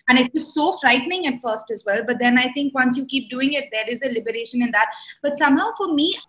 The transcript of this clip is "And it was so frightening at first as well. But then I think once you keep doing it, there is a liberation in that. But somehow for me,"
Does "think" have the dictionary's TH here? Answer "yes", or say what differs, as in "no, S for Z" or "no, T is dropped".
no, T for TH